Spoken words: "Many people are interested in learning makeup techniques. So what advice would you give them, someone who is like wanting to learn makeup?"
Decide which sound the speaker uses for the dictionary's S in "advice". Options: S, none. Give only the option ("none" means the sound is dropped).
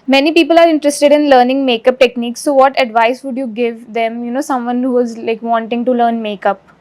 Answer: S